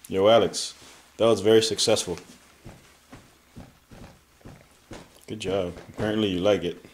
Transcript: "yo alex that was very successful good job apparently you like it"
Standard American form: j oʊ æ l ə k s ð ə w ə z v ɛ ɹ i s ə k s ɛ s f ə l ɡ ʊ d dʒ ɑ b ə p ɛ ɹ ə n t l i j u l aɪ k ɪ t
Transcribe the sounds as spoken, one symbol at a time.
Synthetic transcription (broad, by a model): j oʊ æ l ə k s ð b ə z v ɛ ɹ i s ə k s ɛ s f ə l ɡ ʊ d dʒ ɑ b ə p ɛ ɹ ə n t l i j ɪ l aɪ k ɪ t